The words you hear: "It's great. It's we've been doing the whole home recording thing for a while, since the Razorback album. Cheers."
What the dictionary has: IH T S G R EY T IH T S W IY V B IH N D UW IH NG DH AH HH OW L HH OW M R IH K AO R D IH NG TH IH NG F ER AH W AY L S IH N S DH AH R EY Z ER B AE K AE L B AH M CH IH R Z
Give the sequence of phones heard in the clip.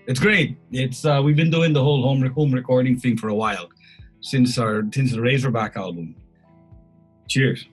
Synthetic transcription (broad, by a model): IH T S G R EY T IH T S W IY V B IH N D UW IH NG DH AH HH OW L HH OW M R IH K AO R D IH NG TH IH NG F ER AH W AY L S IH N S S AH R EY Z ER B AE K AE L B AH M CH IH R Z